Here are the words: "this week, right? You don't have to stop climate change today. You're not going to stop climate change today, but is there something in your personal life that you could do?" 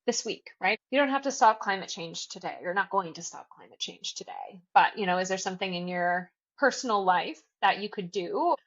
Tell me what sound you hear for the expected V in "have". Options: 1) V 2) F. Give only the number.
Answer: 2